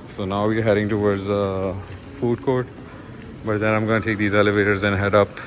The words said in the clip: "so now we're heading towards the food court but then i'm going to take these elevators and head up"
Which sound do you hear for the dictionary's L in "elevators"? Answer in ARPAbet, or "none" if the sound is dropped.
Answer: L